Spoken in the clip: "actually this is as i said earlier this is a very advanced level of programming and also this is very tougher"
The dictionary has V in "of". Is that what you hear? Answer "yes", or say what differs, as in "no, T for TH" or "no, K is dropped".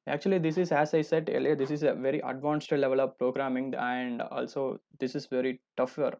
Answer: yes